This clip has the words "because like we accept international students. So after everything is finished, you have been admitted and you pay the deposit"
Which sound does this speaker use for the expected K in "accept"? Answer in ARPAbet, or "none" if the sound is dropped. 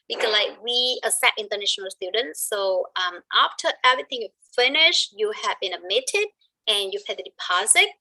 none